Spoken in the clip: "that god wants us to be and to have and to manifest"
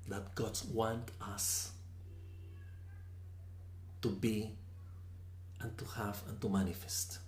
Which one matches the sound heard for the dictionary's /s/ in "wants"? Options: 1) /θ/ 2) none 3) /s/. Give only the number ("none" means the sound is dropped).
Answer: 2